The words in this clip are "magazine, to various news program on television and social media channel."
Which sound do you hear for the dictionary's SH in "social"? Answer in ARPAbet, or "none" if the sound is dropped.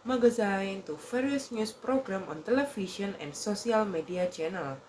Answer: S